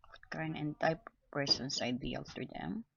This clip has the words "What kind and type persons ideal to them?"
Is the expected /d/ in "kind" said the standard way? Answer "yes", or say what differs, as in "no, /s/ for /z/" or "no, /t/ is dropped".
no, /d/ is dropped